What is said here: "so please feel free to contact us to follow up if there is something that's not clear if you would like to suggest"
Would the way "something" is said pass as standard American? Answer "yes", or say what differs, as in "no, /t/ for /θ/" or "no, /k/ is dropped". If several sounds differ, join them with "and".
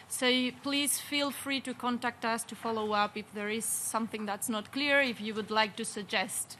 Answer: yes